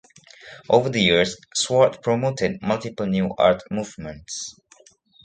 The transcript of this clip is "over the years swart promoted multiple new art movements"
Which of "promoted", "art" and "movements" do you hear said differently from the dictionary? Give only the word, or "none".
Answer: none